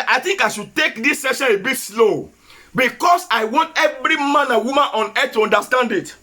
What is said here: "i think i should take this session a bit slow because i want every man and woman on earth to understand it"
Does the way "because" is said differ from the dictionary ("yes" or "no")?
yes